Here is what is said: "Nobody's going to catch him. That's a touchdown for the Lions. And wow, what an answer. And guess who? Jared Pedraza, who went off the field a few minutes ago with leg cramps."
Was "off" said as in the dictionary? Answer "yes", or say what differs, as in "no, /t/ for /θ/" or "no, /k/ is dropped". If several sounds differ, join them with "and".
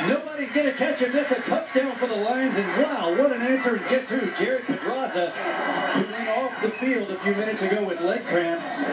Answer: yes